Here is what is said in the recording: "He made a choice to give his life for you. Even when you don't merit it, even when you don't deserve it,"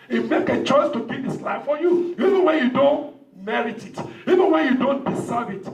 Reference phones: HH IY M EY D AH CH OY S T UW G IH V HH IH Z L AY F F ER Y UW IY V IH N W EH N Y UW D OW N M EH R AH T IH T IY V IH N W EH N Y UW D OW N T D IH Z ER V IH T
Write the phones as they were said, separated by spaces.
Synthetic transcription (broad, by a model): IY M EY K AH CH OY S T UW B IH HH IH S L AY F F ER Y UW IY V IH N W EH N Y UW D OW N M EH R AH T IH T IY V IH N W EH N Y UW D OW N T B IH S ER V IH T